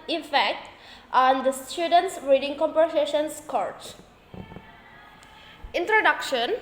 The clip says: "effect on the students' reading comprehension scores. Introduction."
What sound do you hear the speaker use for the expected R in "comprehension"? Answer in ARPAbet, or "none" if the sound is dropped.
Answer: none